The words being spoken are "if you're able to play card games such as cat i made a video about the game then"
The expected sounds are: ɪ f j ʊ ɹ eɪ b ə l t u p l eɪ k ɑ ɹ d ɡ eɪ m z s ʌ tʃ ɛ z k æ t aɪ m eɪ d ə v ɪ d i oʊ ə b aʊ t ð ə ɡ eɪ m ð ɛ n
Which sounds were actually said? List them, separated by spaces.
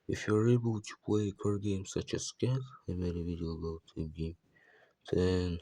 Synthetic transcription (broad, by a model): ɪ f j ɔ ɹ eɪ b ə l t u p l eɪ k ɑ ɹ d ɡ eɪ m s ʌ tʃ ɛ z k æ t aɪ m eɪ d ə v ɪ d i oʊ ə ʊ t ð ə ɡ eɪ m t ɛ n